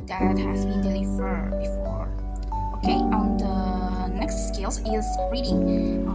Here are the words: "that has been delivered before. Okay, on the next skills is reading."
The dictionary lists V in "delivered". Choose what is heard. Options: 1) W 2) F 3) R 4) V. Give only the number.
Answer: 2